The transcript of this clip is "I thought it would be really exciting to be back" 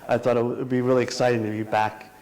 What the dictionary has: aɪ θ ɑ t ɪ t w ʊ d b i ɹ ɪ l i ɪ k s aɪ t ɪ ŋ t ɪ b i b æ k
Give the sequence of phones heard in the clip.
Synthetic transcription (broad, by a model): aɪ θ ɑ t ɪ t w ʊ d b i ɹ ɪ l i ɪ k s aɪ t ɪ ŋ t ɪ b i b æ k